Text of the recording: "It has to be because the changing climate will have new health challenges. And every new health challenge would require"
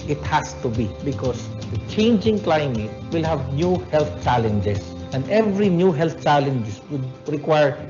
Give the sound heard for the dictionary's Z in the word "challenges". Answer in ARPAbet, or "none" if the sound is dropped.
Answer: S